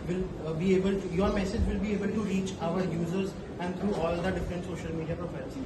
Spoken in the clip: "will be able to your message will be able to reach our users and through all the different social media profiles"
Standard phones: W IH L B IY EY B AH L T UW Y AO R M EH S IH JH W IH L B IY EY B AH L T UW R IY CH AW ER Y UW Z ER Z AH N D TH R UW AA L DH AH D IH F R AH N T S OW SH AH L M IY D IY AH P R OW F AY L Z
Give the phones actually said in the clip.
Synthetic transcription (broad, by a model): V IH L B IY EY B AH L T UW Y AO R M EH S IH JH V IH L B IY EY B AH L T UW R IY CH AW ER Y UW Z ER Z AH N D T R UW AA L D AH D IH F R AH N T S OW SH AH L M IY D IY AH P R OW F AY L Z